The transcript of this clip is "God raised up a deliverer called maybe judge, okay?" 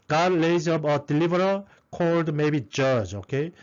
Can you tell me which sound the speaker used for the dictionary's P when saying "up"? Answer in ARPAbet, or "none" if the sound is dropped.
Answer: B